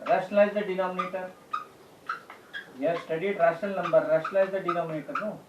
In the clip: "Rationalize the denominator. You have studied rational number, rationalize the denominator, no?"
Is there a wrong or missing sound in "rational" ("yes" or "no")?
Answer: yes